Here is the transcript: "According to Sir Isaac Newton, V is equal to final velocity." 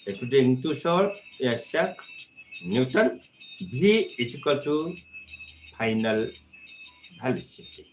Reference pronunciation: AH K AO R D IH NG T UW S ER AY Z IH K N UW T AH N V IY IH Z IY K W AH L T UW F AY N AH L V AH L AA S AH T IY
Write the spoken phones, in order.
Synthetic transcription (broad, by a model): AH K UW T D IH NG T UW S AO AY S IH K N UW T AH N B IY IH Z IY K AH T UW P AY N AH L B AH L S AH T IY